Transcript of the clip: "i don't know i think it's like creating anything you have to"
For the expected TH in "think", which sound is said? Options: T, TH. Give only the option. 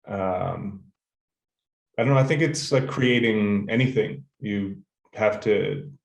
TH